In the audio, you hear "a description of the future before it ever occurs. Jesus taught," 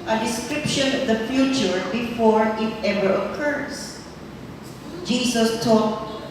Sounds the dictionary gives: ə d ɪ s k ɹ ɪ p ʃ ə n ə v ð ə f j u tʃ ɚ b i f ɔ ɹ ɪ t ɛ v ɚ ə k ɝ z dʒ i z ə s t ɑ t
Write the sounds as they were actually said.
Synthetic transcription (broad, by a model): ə d ɪ s k ɹ ɪ p ʃ ə n ə v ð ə f j u tʃ ɚ b i f ɔ ɹ ɪ t ɛ v ɚ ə k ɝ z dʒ i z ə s t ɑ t